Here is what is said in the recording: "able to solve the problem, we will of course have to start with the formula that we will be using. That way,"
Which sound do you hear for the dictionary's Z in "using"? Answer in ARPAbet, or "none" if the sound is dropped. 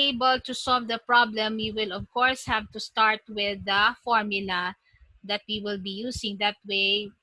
S